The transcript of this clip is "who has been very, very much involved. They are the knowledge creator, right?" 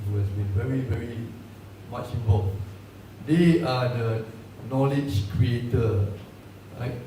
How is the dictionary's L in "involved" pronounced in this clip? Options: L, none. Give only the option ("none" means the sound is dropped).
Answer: none